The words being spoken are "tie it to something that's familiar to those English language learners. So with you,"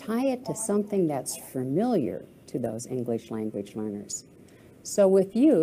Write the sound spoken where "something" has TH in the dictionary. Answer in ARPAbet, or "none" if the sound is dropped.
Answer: TH